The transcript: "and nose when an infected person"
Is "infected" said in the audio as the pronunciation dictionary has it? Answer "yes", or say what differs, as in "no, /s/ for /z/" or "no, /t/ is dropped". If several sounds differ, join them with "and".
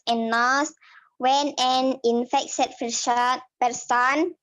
no, /s/ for /t/